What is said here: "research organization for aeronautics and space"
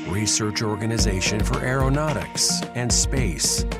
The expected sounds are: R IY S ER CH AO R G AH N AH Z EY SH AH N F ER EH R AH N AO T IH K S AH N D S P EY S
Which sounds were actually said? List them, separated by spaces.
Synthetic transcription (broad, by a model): R IY S ER CH AO R G AH N AH Z EY SH AH N F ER EH R AH N AO T IH K S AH N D S P EY S